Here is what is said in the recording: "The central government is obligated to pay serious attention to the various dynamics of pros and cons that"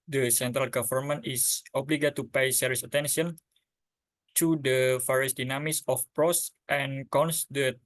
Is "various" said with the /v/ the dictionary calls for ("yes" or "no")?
no